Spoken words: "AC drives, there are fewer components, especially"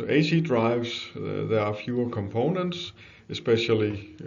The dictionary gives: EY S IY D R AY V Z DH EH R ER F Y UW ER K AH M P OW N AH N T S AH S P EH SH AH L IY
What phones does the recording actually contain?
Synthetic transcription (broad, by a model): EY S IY D R AY V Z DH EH R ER F Y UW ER K AH M P OW N AH N T S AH S P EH SH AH L IY